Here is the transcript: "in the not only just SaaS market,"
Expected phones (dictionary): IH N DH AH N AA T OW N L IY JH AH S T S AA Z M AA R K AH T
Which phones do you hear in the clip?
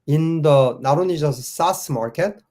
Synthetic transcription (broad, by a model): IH N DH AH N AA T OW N IY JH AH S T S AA S M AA R K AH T